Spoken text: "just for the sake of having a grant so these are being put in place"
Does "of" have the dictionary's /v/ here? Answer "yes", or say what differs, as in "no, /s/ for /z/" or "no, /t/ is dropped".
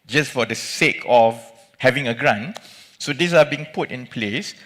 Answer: no, /f/ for /v/